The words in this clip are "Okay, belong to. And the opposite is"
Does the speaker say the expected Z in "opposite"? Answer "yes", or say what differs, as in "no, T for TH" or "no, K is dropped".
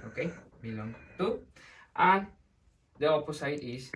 no, S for Z